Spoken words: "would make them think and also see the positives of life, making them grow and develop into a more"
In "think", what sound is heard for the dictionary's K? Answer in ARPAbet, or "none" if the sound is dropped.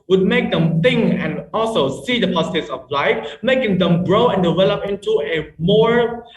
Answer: none